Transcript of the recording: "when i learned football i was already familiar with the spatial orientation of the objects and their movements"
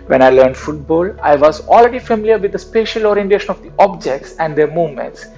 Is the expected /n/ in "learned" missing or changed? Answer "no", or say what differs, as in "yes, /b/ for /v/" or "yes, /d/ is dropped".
no